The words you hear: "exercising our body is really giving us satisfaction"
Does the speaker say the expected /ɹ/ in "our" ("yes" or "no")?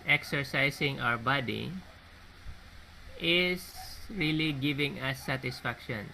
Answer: no